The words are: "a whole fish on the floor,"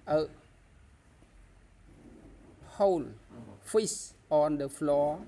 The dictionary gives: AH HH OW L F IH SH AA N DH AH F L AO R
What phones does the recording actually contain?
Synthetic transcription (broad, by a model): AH HH OW L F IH S AA N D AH F L AO